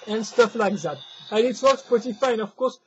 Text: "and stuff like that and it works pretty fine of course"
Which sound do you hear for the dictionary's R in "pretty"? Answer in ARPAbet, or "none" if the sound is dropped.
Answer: none